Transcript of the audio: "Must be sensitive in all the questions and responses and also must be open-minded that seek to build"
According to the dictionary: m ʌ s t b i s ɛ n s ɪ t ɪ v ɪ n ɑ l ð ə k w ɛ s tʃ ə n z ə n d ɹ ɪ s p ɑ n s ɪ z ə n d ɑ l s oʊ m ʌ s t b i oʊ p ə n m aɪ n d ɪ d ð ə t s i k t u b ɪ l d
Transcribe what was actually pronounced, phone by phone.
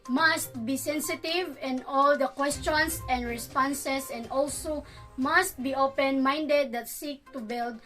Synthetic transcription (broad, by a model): m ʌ s t b i s ɛ n s ɪ t ɪ v ɪ n ɑ l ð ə k w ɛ s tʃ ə n s ə n d ɹ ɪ s p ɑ n s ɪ s ə n d ɑ l s oʊ m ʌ s t b i oʊ p ə n m aɪ n d ɪ d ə t s i k t u b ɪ l d